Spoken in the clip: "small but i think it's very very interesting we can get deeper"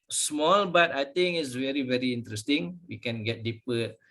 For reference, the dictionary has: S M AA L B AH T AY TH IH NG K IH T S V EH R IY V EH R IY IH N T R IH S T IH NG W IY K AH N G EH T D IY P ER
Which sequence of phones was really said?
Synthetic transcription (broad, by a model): S M AA L B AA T AY T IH NG IH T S V EH R IY V EH R IY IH N T R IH S T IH NG W IY K AH N G EH T D IY P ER